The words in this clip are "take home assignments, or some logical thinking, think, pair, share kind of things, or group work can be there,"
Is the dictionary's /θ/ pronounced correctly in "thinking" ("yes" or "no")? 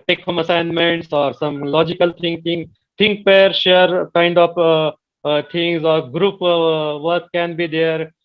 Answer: no